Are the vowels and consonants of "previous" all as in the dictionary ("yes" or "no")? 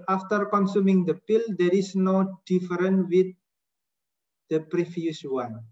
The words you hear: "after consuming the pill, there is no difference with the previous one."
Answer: no